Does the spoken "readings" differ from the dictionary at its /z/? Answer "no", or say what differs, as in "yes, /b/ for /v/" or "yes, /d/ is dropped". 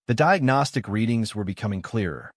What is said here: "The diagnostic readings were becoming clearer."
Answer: no